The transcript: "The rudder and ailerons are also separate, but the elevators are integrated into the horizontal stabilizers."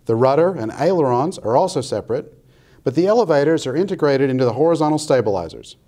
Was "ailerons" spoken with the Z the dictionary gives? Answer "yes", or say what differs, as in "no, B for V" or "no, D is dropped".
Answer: yes